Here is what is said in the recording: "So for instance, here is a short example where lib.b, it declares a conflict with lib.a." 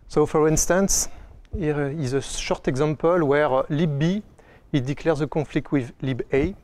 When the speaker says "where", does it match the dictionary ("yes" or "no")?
yes